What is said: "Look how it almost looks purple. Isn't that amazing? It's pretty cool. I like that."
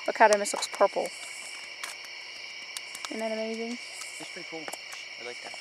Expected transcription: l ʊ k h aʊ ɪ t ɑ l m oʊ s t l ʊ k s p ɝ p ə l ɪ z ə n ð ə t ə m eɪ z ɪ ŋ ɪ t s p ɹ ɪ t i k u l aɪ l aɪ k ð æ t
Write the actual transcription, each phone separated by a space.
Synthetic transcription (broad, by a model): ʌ k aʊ ɪ t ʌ m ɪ s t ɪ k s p ɝ p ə l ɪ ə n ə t ə m eɪ z ɪ ŋ ɪ t s p ɹ ɪ t i k u l aɪ l aɪ k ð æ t